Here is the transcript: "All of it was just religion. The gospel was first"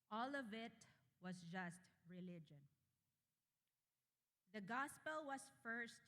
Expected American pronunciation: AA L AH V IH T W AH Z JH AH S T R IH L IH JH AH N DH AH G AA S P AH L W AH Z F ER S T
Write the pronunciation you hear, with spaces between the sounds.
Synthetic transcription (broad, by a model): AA L AH V IH T W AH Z JH AH S T R IH L IH JH AH N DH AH G AA S P AH L W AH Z F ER S T